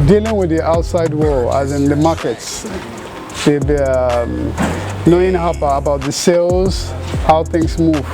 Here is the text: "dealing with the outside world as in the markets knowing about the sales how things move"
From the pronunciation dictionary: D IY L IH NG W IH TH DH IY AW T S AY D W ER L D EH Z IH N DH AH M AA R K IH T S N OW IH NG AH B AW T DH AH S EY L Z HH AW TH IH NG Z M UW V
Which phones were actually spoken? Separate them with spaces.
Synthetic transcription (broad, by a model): D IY L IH NG W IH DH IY AW T S AY D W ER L EH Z IH N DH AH M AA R K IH T S N OW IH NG AH B AW T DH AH S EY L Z HH AW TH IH NG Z M UW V